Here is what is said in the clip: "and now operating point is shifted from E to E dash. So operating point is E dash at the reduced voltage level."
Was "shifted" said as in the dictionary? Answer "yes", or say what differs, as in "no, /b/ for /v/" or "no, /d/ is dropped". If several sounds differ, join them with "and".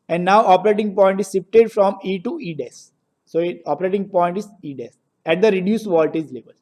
no, /s/ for /ʃ/ and /p/ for /f/